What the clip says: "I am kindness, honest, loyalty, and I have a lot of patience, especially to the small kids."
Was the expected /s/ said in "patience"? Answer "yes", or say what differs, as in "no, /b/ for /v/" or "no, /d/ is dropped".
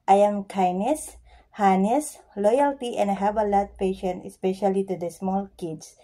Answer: no, /s/ is dropped